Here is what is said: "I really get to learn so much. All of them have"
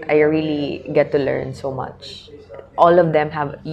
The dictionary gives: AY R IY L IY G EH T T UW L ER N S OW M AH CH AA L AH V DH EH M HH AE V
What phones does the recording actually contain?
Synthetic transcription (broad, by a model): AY R IY L IY G EH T T UW L ER N S OW M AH CH AA L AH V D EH M HH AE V